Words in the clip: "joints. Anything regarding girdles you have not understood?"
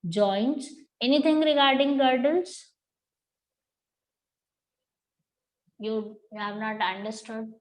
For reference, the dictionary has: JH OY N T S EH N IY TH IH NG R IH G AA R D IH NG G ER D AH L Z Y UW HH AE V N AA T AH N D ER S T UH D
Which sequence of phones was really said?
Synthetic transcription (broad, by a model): JH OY N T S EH N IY T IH NG R IH G AA R D IH NG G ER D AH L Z Y UW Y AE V N AA T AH N D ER S T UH D